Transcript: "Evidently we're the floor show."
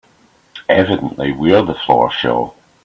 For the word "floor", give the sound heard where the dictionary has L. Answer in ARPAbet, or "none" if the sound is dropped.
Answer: L